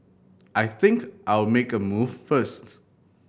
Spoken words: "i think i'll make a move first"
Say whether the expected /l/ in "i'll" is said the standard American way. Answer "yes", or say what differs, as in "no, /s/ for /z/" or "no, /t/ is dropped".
no, /w/ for /l/